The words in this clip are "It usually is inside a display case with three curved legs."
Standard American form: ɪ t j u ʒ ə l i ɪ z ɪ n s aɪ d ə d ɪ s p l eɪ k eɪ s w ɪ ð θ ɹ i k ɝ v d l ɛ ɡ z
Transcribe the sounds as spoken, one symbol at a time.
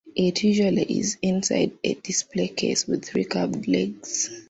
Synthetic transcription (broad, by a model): ɪ t j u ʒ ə l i ɪ z ɪ n s aɪ d ə d ɪ s p l eɪ k eɪ s w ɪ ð θ ɹ i k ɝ p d l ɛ ɡ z